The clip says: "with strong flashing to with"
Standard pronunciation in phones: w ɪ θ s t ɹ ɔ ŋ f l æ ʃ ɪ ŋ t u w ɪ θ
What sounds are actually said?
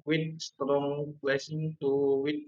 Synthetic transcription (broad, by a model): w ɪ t s t ɹ ɔ ŋ p l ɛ s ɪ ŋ t u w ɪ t